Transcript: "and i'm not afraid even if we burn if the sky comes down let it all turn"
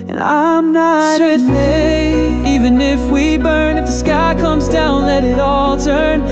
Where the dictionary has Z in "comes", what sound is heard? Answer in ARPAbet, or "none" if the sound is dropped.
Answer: Z